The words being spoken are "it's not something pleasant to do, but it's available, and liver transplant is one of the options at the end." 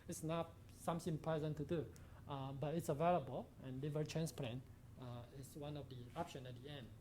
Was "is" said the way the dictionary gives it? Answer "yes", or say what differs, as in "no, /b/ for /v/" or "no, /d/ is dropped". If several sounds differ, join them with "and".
no, /s/ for /z/